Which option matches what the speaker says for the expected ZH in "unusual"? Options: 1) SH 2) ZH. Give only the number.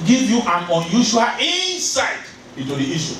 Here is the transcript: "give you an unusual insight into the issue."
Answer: 1